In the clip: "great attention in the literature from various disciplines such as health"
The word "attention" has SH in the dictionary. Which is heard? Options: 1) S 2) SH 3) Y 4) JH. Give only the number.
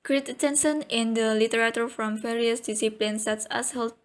1